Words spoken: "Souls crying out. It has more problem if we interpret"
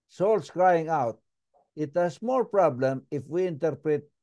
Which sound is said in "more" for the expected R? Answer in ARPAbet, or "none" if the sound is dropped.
L